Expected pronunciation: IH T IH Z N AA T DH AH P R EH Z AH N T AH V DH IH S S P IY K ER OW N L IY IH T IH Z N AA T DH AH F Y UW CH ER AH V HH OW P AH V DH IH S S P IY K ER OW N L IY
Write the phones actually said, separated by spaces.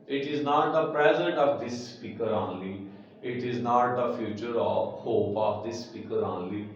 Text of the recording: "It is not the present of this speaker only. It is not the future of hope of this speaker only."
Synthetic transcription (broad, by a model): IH T IH Z N AA T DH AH P R EH Z AH N T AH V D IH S S P IY K ER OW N L IY IH T IH Z N AA T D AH F Y UW CH ER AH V HH OW P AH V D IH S S P IY K ER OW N L IY